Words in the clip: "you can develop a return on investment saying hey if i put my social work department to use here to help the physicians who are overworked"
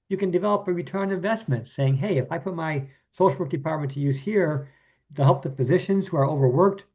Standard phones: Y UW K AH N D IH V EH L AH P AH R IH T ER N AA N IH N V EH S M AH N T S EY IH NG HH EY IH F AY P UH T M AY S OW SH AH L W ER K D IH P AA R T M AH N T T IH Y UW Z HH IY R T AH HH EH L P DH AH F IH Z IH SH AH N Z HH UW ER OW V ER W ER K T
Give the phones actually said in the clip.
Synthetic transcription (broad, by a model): Y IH K AH N D IH V EH L AH P AH R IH T ER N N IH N V EH S M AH N T S EY IH NG HH EY IH F AY P UH T M AY S OW SH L W ER K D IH P AA R T M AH N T T IH Y UW Z HH IY R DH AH HH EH L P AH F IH Z IH SH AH N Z HH UW ER OW V ER W ER K T